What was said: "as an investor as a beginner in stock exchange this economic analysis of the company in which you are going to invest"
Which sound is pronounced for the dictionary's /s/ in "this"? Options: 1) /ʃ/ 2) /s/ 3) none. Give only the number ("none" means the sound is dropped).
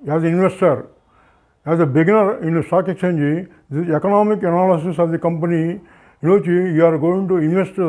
3